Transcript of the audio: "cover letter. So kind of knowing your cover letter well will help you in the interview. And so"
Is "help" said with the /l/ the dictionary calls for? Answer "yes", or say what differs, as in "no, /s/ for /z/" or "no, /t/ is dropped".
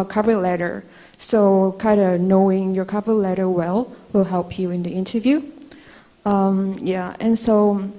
yes